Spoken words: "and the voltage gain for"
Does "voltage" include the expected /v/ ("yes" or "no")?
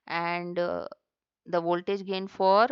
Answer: yes